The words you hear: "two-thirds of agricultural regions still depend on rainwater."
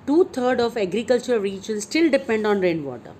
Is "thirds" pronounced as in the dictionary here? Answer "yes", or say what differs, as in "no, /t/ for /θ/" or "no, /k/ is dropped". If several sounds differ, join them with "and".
no, /t/ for /θ/ and /z/ is dropped